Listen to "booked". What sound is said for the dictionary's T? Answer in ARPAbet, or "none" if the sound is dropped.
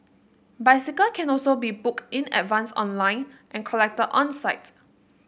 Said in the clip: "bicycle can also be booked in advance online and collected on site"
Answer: none